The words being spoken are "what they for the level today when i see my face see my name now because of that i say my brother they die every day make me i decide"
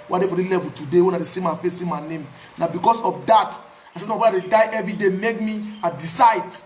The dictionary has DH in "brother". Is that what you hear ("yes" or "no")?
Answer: no